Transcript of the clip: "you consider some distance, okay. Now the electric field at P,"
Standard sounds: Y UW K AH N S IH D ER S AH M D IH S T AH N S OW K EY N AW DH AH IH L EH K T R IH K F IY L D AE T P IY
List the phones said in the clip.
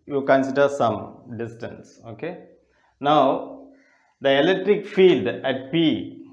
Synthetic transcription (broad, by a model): Y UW K AH N S IH D ER S AH M D IH S T AH N S OW K EY N AW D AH IH L EH K T R IH K F IY L D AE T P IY